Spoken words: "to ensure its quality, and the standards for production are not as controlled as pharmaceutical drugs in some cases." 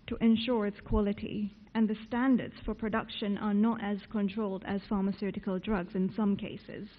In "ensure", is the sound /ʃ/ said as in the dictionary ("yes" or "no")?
yes